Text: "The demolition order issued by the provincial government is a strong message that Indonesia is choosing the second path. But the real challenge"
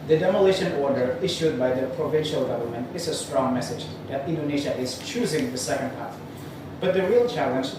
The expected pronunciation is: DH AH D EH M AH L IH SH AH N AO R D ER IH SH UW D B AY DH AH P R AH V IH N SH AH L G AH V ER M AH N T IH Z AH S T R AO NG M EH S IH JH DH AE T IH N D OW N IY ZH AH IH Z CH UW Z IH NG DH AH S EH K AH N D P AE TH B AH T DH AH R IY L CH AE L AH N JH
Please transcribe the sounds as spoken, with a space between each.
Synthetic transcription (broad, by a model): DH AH D EH M AH L IH SH AH N AO R D ER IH SH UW D B AY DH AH P R AH V IH N SH AH L G AH V ER M AH N T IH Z AH S T R AO NG M EH S IH JH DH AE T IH N D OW N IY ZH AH IH Z CH UW Z IH NG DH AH S EH K AH N D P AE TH B AH T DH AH R IY L CH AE L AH N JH